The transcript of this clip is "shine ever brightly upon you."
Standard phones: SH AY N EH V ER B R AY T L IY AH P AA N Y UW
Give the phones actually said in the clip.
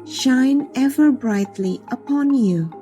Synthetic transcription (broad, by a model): SH AY N EH V ER B R AY T L IY AH P AA N Y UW